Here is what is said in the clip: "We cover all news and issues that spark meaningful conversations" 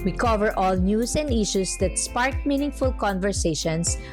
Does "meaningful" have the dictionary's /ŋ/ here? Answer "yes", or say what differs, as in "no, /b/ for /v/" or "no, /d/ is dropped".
yes